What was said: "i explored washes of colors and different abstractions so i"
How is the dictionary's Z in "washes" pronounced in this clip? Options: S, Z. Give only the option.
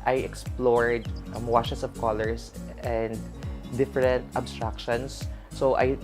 S